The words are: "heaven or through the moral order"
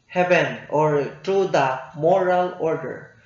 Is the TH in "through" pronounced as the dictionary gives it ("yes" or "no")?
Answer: no